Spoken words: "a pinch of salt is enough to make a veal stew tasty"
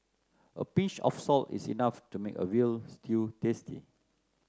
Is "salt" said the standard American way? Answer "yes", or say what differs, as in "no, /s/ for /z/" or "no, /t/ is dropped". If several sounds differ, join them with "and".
yes